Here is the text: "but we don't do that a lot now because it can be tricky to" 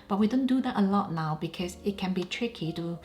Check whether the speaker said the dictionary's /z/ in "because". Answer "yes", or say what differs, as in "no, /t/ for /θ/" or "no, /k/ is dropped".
no, /s/ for /z/